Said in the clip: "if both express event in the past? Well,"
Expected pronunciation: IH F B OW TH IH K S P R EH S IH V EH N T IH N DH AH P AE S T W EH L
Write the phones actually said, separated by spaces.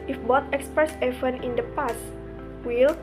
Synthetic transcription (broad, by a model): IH F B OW T IH K S P R EH S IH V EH N IH N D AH P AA S W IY L